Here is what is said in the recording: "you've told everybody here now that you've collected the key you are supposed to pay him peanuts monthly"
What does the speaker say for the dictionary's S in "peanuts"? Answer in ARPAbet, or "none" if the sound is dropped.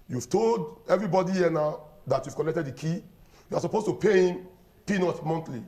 none